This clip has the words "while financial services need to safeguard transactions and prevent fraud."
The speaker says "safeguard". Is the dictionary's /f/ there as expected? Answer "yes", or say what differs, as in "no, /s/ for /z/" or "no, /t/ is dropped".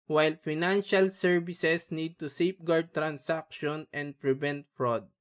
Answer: no, /p/ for /f/